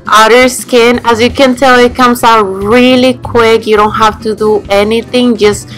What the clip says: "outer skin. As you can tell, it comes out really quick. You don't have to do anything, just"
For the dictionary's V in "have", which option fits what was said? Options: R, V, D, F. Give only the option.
F